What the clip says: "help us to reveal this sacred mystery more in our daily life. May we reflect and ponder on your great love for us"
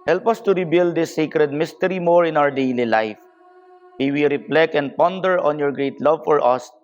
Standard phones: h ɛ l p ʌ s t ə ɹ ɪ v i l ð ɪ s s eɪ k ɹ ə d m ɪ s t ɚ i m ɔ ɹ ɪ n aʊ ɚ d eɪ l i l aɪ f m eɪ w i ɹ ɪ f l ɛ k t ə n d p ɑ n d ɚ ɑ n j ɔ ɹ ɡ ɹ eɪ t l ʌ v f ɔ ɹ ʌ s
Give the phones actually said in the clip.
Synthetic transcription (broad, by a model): h ɛ l p ʌ s t ə ɹ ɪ b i l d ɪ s s eɪ k ɹ ə d m ɪ s t ɚ i m ɔ ɹ ɪ n aʊ ɚ d eɪ l i l aɪ f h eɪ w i ɹ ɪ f l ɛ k ə n d p ɑ n d ɚ ɑ n j ɔ ɹ ɡ ɹ eɪ t l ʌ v f ɔ ɹ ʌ s